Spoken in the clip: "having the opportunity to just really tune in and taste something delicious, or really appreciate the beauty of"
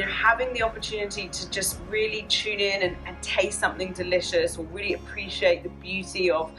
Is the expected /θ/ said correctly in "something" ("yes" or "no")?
yes